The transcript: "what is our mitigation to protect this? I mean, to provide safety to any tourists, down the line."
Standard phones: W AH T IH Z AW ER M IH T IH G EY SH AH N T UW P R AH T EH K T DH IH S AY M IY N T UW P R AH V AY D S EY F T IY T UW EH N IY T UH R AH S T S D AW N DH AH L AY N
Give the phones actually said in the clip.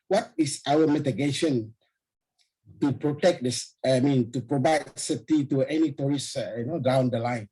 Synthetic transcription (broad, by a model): W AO T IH S AW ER M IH T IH G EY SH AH N T UW P R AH T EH K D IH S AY M IY N T UW P R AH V AY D S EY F T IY T UW EH N IY T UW R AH S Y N D AW N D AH L AY N